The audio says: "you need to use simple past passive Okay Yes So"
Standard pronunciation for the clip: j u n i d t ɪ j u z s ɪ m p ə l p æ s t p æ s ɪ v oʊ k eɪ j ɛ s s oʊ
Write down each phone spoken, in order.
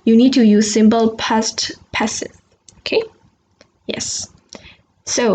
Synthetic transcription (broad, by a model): j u n i d t ɪ j u z s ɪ m b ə l p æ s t p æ s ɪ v oʊ k eɪ j ɛ s s oʊ